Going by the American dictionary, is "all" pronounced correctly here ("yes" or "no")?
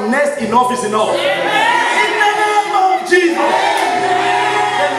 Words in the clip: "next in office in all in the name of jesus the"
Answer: no